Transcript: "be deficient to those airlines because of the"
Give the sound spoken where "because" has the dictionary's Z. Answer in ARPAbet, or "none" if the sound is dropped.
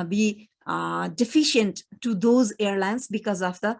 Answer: Z